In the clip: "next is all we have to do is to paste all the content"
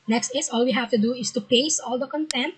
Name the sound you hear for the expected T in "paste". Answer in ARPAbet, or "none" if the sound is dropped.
none